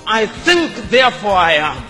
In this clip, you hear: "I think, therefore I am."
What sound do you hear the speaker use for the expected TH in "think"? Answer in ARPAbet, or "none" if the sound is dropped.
TH